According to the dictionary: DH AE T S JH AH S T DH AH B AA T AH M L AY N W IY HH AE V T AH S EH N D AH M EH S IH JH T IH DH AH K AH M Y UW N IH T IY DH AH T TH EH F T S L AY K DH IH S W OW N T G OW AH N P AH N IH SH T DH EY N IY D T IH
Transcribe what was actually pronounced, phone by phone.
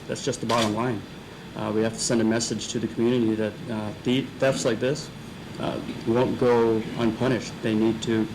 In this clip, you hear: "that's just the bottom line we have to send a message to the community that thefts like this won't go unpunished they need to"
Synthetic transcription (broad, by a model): DH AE T S JH AH S T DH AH B AA T AH M L AY N W IY HH AE F T AH S EH N D AH M EH S IH JH T IH DH AH K M Y UW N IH T IY DH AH T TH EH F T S L AY K DH IH S W OW N G OW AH N P AH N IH SH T DH EY N IY D T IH